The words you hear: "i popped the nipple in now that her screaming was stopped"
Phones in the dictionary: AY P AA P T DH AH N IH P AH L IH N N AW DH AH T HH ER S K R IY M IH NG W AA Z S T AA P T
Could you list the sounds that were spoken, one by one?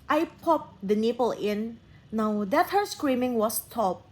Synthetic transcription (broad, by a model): AY P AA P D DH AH N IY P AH L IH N N AW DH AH T HH ER S K R IY M IH NG W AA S T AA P